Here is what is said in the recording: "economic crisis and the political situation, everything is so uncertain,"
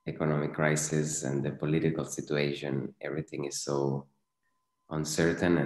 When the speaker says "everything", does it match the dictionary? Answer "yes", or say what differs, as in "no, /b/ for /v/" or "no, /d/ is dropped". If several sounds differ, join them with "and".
yes